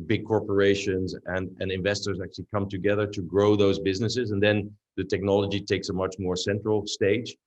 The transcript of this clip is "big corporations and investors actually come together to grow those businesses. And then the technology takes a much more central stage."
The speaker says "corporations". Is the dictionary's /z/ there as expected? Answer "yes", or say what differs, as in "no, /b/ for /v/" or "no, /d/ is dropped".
yes